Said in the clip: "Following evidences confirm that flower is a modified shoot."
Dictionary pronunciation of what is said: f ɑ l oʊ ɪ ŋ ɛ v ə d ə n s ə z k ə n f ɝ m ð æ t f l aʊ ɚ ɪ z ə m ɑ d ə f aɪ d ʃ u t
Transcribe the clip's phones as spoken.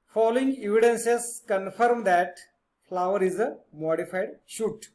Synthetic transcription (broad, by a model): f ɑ l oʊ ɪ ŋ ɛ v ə d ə n s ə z k ə n f ɝ m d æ t f l aʊ ɚ ɪ z ə m ɑ d ə f aɪ d ʃ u t